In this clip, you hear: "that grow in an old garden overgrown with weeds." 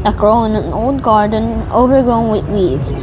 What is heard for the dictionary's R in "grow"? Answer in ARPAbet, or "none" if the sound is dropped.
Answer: R